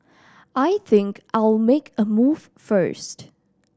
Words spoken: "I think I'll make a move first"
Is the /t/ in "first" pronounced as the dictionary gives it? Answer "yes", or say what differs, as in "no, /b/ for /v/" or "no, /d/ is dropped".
yes